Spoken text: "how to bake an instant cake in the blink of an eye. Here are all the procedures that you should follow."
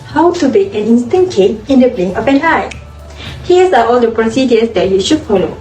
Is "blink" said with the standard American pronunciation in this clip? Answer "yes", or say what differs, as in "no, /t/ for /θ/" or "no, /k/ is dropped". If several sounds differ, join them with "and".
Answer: no, /k/ is dropped